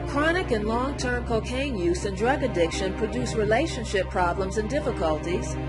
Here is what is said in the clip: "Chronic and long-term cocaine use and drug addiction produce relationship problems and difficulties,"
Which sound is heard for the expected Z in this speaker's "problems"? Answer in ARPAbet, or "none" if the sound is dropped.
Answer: Z